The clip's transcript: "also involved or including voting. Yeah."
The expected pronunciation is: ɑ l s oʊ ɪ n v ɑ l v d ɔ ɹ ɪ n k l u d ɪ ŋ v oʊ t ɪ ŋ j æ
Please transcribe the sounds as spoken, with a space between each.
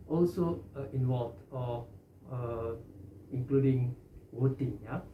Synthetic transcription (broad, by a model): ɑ l s oʊ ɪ n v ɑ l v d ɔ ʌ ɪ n k l u d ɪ ŋ w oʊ t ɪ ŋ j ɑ